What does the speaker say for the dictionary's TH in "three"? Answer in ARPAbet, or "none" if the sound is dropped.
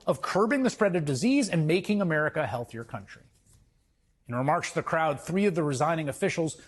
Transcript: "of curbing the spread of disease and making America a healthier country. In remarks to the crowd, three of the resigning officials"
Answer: TH